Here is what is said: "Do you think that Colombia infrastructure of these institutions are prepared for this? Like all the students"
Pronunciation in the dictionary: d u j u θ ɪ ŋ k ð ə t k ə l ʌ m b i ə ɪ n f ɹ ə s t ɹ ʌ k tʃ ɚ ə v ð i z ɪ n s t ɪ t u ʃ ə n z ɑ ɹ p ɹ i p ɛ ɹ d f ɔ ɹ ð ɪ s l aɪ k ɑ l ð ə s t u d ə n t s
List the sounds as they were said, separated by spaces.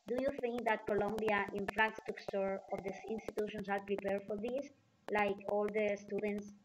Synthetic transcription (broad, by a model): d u j u θ ɪ ŋ k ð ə t k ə l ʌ m b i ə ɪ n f ɹ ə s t u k s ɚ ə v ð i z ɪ n s t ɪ t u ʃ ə n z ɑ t p ɹ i p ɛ ɹ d f ɔ ɹ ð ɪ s l aɪ k ɑ l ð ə s t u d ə n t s